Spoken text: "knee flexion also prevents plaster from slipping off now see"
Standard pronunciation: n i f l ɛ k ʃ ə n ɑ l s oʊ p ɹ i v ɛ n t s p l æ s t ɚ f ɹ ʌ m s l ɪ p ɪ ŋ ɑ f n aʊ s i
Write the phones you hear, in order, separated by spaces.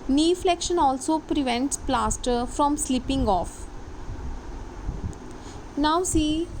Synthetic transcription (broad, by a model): n i f l ɛ k ʃ ə n ɑ l s oʊ p ɹ i v ɛ n t s p l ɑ s t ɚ f ɹ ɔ m s l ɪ p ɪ ŋ ɑ f n aʊ s i